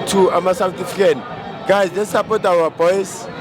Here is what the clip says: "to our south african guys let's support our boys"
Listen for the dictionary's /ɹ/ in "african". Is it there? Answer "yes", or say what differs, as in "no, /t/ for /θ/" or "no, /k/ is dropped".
no, /ɹ/ is dropped